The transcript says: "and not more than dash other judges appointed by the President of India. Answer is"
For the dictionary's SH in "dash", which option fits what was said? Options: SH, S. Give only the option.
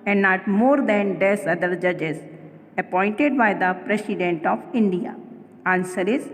S